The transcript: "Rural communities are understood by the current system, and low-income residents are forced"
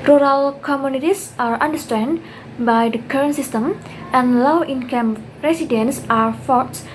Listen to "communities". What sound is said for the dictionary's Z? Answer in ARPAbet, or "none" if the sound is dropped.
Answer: S